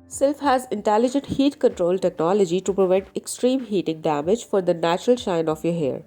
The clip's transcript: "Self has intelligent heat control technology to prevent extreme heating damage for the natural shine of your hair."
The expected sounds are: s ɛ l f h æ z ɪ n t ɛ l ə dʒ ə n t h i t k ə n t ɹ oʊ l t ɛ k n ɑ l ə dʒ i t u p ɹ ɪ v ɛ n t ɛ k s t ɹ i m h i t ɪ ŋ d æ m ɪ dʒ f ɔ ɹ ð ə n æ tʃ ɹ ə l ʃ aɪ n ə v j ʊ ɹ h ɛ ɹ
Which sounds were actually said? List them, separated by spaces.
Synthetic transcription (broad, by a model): s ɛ l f h æ z ɪ n t ɛ l ə dʒ ə n t h i t k ə n t ɹ oʊ l t ɛ k n ɑ l ə dʒ i t u p ɹ ɪ v ɛ n t ɛ k s t ɹ i m h i t ɪ ŋ d æ m ɪ dʒ f ɔ ɹ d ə n æ tʃ ɹ ə l ʃ aɪ n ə f j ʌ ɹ h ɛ ɹ